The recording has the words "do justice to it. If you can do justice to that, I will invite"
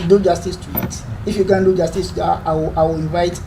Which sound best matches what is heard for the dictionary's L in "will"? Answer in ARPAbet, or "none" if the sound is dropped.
W